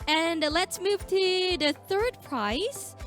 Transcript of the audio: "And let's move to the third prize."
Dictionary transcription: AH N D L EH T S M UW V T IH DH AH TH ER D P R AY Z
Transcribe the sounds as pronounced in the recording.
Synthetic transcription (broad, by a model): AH N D L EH T S M UW V T IH DH AH TH ER D P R AY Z